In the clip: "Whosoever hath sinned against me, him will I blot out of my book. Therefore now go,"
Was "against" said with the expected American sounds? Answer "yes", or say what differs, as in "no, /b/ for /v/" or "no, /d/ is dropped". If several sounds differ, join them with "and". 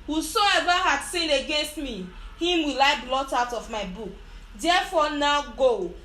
yes